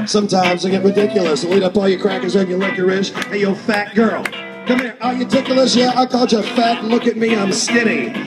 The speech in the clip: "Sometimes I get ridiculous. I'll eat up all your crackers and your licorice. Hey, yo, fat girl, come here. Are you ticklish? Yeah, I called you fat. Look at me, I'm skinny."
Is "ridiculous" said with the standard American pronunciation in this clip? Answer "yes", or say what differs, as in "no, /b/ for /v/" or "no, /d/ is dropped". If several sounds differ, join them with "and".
yes